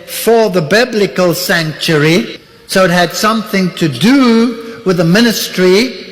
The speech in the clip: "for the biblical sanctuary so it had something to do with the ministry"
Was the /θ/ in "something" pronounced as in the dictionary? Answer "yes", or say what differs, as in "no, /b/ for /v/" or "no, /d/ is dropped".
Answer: yes